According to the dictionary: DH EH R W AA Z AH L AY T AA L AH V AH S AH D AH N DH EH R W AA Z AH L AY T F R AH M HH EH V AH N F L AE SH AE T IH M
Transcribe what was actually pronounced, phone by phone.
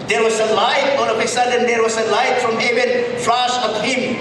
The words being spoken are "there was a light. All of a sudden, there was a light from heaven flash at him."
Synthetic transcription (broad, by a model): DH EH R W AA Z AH L AY T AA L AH P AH S AH D AH N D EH R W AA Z AH L AY T F R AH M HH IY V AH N F L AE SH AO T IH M